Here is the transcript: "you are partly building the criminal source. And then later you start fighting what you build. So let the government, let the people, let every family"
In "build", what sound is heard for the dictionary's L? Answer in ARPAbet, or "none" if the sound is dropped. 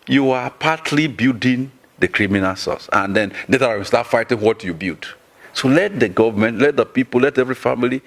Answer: none